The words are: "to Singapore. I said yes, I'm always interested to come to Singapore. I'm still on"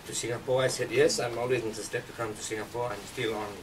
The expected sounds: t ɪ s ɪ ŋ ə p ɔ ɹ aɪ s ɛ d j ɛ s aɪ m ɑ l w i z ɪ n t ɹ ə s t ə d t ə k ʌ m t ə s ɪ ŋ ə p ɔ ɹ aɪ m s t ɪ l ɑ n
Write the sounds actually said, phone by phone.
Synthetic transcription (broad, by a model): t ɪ s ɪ ŋ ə p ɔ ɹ aɪ s ɛ d j ɛ s aɪ m ɑ l w i z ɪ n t ə s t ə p t ə k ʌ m t ə s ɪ ŋ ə p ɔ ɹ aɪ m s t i l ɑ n